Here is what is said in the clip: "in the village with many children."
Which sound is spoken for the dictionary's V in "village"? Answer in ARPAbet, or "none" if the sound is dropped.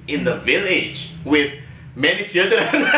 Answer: V